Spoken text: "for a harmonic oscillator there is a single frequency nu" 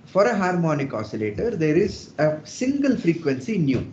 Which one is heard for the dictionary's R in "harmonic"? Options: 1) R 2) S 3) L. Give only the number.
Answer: 1